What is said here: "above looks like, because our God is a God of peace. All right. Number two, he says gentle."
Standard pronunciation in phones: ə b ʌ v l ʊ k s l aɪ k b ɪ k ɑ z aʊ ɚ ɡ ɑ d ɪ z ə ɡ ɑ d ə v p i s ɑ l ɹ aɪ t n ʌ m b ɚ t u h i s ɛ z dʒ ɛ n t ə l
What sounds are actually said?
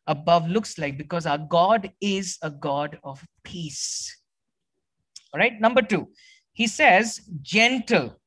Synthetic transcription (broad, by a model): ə b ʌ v l ʊ k s l aɪ k b ɪ k ɑ z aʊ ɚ ɡ ɑ d ɪ z ə ɡ ɑ d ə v p i s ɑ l ɹ aɪ t n ʌ m b ɚ t u h i s ɛ z dʒ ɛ n t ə l